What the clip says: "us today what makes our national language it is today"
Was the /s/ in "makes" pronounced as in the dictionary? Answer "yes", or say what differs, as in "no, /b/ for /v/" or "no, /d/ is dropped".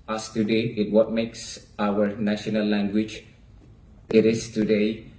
yes